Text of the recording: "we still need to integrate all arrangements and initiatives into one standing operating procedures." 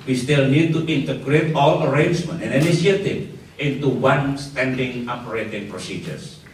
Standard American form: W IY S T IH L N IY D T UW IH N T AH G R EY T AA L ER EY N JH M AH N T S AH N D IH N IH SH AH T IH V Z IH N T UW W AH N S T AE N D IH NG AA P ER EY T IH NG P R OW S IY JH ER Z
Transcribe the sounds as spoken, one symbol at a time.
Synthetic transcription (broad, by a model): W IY S T IH L N IY D T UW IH N T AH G R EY T AA L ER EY N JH M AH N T AH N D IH N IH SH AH T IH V IH N T UW W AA N S T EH N D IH NG AA P ER EY T IH NG P R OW S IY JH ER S